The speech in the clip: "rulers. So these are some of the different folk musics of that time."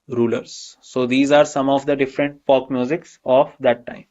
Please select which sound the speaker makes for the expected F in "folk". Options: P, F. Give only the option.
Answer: P